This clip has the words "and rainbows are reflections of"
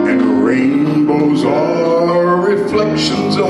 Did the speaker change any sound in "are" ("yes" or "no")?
yes